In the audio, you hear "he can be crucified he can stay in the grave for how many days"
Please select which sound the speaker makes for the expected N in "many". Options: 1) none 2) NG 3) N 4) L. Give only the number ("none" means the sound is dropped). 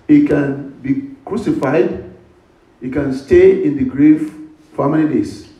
4